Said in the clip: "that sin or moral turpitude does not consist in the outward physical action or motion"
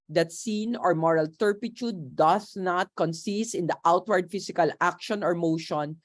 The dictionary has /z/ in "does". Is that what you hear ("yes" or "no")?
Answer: no